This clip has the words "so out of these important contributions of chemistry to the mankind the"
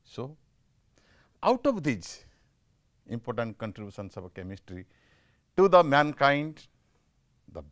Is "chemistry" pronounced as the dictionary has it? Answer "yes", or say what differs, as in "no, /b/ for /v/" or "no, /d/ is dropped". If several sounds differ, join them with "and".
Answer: yes